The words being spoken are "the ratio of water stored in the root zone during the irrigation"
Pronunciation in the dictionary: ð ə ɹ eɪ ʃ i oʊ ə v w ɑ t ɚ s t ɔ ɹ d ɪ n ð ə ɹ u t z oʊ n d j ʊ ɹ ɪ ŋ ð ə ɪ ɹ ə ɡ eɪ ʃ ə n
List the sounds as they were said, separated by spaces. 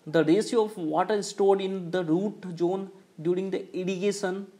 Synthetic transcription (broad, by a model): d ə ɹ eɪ s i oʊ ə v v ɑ t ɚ s t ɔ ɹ d ɪ n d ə ɹ u t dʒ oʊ n d j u ɹ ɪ ŋ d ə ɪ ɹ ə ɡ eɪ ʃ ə n